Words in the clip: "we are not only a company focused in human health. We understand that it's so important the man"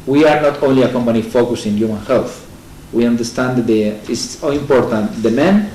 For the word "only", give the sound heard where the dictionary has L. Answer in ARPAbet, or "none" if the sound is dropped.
L